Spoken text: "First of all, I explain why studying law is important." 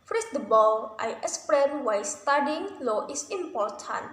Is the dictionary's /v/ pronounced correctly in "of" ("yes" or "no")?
no